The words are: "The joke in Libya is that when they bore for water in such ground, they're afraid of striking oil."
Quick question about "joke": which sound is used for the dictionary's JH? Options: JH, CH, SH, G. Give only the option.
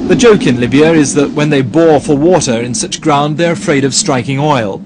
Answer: JH